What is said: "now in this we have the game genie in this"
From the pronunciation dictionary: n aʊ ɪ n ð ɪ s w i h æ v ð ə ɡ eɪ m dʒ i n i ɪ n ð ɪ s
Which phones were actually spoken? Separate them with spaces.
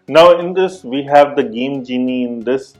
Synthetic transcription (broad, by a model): n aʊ ɪ n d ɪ s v i h æ v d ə ɡ eɪ m dʒ i n i ɪ n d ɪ s